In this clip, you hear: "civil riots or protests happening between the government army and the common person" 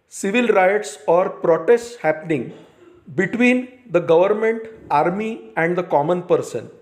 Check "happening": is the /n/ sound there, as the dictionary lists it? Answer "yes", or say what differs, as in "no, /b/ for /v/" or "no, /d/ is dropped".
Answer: yes